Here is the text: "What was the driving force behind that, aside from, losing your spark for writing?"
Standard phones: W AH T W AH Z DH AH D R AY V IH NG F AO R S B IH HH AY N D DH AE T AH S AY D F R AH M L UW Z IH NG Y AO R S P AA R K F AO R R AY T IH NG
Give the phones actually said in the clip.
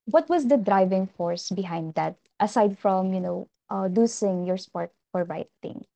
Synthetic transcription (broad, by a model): W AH T W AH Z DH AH D R AY V IH NG F AO R S B IH HH AY N D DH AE T AH S AY D F R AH M N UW S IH NG Y AO R S P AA R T F AO R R AY T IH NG